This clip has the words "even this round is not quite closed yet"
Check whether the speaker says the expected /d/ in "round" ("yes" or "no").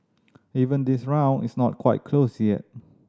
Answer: no